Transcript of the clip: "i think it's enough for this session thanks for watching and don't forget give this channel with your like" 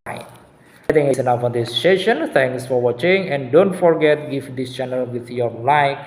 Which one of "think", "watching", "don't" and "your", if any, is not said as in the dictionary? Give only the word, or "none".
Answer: think